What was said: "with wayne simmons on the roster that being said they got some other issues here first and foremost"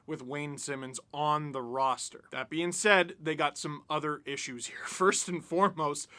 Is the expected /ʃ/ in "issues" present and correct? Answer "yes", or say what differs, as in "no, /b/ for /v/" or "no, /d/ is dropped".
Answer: yes